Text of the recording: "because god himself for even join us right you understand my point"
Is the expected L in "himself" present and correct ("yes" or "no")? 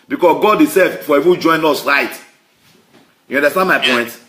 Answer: no